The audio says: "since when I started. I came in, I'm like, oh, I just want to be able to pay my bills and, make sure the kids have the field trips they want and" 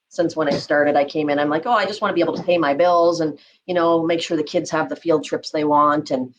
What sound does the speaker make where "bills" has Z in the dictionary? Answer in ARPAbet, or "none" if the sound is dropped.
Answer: Z